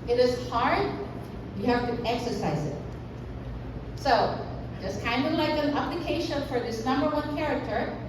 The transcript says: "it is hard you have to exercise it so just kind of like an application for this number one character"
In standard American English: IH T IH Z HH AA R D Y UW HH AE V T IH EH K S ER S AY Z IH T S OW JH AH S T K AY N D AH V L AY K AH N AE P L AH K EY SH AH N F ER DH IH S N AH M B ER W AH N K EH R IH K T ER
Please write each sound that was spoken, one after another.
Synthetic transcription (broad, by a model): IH T IH Z HH AA R D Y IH HH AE F T IH EH K S ER S AY Z IH T S OW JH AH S K AY N D AH V L AY K AH N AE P L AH K EY SH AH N F ER DH IH S N AH M B ER W AH N K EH R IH K T ER